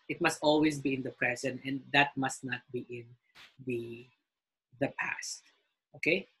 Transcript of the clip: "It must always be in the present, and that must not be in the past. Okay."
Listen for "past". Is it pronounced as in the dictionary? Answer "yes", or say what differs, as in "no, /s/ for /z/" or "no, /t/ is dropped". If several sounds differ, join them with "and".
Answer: yes